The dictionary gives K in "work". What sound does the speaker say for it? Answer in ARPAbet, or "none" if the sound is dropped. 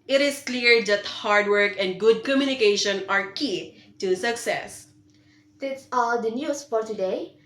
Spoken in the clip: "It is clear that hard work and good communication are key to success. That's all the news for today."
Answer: K